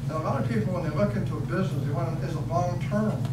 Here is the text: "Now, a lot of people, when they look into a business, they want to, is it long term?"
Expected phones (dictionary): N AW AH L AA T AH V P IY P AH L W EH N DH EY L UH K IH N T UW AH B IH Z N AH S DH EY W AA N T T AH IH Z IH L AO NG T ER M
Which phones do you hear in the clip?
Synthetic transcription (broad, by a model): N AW AH L AA T AH V P IY P L W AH N DH EY L UH K IH N T UW AH B IH Z N AH S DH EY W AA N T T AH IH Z IH L AO NG T ER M